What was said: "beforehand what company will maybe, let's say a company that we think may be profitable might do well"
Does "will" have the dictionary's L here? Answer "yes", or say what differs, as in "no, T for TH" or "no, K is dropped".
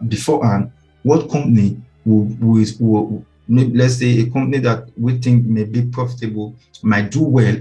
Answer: no, W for L